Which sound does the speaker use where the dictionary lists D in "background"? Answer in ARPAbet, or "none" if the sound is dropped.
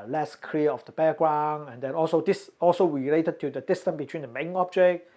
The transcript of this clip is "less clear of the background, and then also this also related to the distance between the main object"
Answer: none